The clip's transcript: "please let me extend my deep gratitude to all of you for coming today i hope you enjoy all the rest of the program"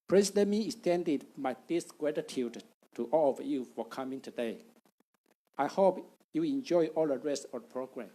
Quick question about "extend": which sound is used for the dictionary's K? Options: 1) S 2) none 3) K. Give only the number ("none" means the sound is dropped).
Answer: 2